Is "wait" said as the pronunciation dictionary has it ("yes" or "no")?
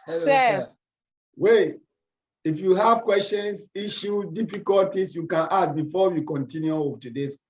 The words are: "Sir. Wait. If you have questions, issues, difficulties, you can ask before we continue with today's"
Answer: no